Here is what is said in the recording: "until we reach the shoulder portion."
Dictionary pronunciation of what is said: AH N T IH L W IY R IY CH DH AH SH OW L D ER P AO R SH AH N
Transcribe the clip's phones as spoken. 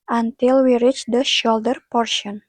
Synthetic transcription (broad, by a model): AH N T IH L W IY R IY CH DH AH SH OW L D ER P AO R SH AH N